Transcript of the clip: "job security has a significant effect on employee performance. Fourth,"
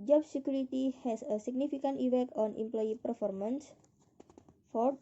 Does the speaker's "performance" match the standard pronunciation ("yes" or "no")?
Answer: yes